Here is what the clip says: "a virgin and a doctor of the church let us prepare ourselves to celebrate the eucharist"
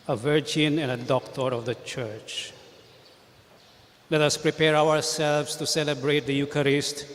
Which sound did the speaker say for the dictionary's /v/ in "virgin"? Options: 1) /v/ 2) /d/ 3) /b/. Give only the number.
1